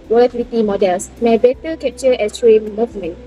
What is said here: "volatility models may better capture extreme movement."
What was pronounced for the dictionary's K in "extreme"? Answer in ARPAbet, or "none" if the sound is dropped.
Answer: none